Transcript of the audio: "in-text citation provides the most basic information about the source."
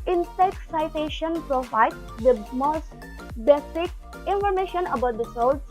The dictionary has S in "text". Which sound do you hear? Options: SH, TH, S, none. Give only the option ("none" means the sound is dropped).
none